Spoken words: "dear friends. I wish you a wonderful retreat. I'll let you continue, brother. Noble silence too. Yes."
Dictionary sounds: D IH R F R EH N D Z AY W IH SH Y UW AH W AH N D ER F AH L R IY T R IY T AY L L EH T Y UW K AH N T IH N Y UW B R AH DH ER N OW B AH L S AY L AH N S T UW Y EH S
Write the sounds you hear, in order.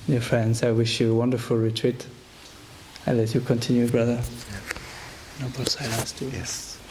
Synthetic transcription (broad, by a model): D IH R F R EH N D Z AY W IH SH Y UW AH W AH N D ER F AH L R IY T R IY T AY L L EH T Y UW K AH N T IH N Y UW B R AH DH ER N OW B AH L S AY L AH N S T UW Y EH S